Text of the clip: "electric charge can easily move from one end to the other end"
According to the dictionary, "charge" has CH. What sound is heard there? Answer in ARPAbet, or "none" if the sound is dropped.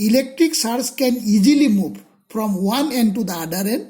S